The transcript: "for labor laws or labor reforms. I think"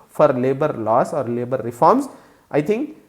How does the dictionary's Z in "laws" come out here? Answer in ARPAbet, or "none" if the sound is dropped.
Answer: S